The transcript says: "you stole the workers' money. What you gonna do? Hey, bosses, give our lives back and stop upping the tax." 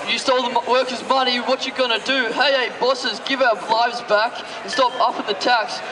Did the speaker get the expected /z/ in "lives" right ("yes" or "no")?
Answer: yes